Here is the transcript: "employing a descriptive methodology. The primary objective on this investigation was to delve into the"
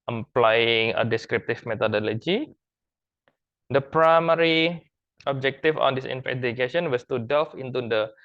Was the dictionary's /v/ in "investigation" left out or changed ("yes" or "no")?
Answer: yes